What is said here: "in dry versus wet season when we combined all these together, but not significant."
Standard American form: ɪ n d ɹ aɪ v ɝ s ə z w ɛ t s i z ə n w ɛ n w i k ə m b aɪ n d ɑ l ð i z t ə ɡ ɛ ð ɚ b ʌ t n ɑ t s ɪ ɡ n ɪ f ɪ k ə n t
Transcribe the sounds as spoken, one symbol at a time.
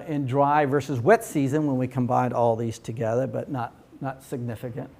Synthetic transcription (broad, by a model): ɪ n d ɹ aɪ v ɝ s ə z w ɛ t s i z ə n w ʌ n w i k ə m b aɪ n d ɑ l ð i z t ə ɡ ɛ ð ɚ b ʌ t n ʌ t s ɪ ɡ n ɪ f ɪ k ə n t